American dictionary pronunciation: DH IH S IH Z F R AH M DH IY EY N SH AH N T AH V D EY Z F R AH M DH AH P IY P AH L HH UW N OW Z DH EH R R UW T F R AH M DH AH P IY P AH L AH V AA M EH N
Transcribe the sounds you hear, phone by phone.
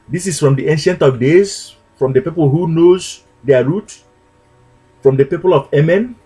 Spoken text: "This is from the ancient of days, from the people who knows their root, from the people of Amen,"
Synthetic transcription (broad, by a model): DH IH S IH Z F R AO M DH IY EY N SH AH N T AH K D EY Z F R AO M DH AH P IY P AH L HH UW N OW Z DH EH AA R UW T F R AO M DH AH P IY P AH L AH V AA M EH N